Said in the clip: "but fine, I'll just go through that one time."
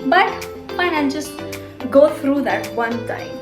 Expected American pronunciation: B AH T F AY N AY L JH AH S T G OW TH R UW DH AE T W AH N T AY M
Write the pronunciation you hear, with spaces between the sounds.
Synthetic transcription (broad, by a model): B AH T P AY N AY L JH AH S T G OW T R UW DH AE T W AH N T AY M